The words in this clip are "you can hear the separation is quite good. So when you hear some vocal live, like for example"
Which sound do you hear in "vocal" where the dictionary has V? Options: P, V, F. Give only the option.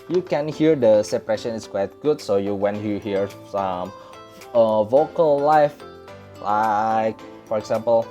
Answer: V